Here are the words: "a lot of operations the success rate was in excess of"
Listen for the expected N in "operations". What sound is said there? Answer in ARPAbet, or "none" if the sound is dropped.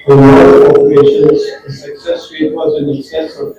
N